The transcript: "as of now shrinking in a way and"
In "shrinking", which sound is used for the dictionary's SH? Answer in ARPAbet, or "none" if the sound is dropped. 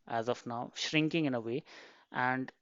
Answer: SH